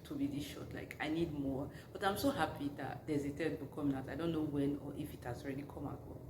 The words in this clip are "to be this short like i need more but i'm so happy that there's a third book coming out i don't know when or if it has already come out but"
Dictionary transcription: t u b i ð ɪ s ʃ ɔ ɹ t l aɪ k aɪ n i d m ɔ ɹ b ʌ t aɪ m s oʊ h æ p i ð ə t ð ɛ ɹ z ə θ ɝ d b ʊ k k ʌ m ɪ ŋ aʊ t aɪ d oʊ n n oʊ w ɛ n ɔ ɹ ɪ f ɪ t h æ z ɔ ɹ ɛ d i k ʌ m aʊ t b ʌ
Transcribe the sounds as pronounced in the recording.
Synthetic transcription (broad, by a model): t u b i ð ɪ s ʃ ɔ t l aɪ k aɪ n i d m ɔ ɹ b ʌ t aɪ m s oʊ h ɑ p i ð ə t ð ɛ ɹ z ə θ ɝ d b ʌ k k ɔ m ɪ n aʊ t aɪ d oʊ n n oʊ w ɛ n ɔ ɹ ɪ f ɪ t h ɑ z ɔ ɹ ɛ d i k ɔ m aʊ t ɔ